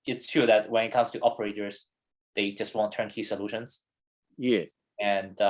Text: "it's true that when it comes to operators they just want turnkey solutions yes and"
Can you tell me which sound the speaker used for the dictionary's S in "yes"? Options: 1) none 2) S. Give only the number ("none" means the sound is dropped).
1